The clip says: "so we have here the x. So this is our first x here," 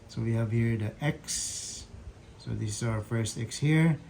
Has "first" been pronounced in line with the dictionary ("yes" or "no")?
yes